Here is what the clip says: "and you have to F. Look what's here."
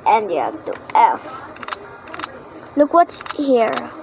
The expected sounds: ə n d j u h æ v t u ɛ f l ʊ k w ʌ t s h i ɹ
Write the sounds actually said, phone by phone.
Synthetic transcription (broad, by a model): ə n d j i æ p t u ɛ f l ʊ k w ʌ t s h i ɹ